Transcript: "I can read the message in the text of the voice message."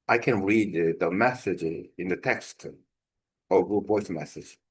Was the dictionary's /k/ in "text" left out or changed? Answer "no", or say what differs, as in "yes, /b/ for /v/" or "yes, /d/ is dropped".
no